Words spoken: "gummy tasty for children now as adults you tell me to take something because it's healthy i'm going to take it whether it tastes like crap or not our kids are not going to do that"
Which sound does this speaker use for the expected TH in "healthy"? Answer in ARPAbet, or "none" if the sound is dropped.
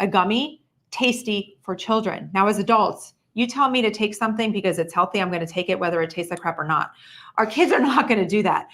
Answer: TH